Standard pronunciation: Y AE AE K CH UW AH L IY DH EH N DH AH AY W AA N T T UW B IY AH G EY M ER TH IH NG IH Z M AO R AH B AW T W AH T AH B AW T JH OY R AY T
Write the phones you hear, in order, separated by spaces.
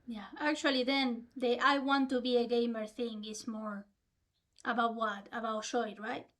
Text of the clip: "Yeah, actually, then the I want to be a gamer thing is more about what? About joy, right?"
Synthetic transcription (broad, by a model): Y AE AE K CH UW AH L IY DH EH N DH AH AY W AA N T T UW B IY AH G EY M ER TH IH NG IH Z M AO R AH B AW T W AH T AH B AW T SH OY R AY T